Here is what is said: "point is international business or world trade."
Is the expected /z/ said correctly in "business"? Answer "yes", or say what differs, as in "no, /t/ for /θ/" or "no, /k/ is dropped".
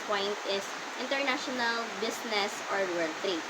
no, /s/ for /z/